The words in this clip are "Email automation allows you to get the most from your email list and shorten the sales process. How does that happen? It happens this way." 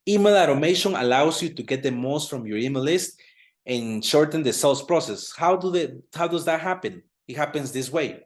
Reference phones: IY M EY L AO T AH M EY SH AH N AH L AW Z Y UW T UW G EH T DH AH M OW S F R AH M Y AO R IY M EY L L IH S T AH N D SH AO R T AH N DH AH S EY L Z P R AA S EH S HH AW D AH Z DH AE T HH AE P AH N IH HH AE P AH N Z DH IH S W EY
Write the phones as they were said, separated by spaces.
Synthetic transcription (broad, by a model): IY M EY L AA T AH M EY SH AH N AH L AW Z Y UW T UW G EH T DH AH M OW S F R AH M Y AO R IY M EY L L IH S T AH N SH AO R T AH N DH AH S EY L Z P R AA S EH S HH AW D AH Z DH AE T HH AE P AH N IH HH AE P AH N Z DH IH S W EY